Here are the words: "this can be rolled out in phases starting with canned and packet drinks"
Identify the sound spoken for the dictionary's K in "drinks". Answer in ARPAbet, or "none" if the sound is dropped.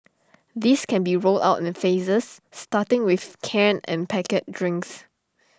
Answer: K